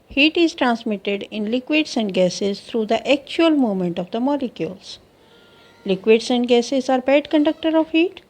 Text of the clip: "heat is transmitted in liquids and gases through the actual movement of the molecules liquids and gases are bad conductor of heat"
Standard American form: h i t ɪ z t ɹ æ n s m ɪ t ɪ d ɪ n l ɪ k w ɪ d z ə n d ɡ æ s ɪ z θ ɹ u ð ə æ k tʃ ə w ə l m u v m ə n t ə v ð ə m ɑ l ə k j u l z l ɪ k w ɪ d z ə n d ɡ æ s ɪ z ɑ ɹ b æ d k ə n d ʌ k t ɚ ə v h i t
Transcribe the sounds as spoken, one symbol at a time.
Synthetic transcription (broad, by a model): h i t ɪ z t ɹ æ n s m ɪ t ɪ d ɪ n l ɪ k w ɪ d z ə n d ɡ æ s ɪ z t ɹ u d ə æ k tʃ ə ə l m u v m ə n t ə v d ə m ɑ l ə k j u l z l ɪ k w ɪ d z ə n d ɡ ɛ s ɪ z ɑ ɹ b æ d k ə n d ʌ k t ɚ ə v h i t